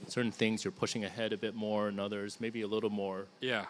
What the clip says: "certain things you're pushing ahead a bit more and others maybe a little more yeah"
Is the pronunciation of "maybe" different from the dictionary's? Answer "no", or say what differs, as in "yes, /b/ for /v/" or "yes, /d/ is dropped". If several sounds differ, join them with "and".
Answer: no